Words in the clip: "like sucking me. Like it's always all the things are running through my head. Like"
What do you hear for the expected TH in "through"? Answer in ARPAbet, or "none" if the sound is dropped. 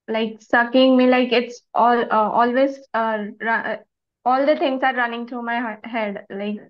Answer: T